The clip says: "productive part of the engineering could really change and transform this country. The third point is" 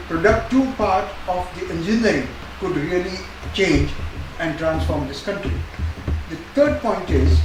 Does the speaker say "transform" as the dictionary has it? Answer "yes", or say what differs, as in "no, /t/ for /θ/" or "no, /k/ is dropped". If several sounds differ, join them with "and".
yes